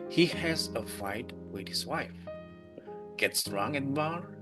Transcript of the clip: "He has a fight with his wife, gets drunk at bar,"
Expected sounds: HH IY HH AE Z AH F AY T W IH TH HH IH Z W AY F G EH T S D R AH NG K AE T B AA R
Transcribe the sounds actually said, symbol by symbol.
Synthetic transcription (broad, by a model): HH IY HH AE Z AH F AY T W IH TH HH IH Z W AY F G EH T S R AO NG EH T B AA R